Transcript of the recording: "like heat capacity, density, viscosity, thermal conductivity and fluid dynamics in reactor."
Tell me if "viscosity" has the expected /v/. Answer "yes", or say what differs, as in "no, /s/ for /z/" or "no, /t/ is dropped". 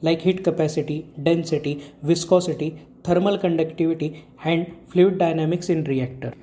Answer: yes